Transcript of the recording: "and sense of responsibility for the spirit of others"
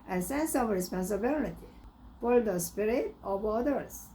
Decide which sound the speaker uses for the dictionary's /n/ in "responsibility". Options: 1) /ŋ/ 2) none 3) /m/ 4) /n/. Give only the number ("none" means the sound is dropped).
4